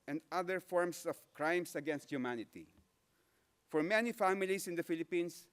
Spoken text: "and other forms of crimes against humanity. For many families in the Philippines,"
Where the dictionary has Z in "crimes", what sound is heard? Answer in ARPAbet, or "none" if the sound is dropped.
S